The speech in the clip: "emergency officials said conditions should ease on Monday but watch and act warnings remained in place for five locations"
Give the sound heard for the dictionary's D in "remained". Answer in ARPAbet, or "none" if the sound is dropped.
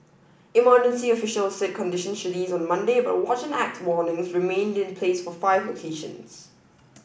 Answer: D